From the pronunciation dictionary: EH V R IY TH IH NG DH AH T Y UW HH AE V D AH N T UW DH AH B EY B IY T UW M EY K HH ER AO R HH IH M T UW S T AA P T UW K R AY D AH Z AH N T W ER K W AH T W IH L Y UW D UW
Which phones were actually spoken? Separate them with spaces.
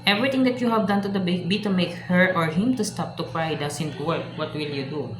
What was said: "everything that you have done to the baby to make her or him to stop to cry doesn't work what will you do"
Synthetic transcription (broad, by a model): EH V R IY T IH NG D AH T Y UW HH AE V D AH N T UW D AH B EY B IY T UW M EY K HH ER AO R HH IH M T UW S T AA P T UW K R AY D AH S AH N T W ER K W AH T W IH L Y UW D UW